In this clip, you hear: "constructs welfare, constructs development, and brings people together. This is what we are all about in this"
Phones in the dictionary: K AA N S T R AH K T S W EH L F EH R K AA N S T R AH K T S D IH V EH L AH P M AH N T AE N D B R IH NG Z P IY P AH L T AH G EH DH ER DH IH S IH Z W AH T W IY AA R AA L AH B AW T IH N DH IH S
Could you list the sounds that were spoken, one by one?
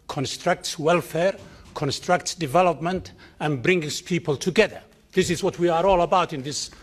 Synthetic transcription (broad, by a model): K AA N S T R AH K T S W EH L F EH R K AA N S T R AH K T S D IH V EH L AH P M AH N T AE N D B R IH NG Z P IY P AH L T AH G EH DH ER DH IH S IH Z W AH T W IY AA R AA L AH B AW T IH N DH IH S